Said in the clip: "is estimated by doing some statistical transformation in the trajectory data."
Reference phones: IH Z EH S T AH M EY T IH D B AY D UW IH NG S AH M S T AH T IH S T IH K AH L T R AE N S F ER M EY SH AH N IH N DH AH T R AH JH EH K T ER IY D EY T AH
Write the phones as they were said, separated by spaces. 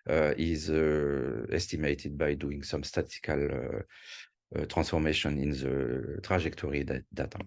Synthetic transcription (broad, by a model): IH Z EH S T AH M EY T IH D B AY D UW IH NG S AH M S T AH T T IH K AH L T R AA N S F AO M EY SH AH N IH N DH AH T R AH ZH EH K T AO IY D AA T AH